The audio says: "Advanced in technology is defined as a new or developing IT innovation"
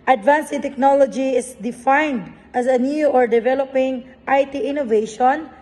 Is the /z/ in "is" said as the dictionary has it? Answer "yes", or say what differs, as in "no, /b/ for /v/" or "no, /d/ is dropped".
no, /s/ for /z/